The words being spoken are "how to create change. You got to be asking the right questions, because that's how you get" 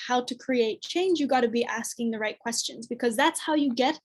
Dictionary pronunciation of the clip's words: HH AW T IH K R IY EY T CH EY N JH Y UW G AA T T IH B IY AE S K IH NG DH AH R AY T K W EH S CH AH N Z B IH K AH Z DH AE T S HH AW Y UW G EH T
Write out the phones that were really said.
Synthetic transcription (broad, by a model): HH AW T IH K R IY EY T CH EY N JH Y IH G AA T T IH B IY AE S K IH NG DH AH R AY T K W EH S CH AH N Z B IH K AH Z DH AE T S HH AW Y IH G EH T